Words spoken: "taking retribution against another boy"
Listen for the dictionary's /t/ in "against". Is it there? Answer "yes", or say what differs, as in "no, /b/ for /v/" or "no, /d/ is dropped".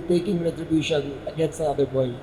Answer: no, /t/ is dropped